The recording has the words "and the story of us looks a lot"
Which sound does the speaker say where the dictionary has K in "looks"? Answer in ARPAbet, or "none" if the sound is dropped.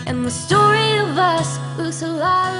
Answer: none